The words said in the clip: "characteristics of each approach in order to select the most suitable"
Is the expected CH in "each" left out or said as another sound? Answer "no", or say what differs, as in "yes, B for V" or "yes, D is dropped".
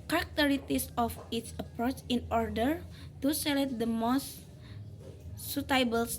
yes, S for CH